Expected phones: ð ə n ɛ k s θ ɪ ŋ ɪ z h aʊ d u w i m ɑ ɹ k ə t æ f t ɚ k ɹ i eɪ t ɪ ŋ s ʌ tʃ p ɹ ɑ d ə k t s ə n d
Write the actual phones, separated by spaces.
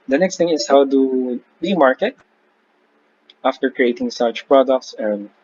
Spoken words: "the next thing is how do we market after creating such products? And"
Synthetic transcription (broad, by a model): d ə n ɛ k s t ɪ ŋ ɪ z h aʊ d u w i m ɑ ɹ k ə t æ f t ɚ k ɹ i eɪ t ɪ ŋ s ʌ tʃ p ɹ ɑ d ə k t s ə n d